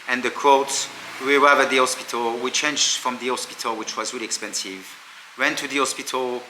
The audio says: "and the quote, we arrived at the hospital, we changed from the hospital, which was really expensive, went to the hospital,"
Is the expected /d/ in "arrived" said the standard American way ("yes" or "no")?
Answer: no